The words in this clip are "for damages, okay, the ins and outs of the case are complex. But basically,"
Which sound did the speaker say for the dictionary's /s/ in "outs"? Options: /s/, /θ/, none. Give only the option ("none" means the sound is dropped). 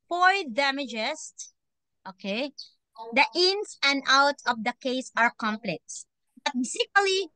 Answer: none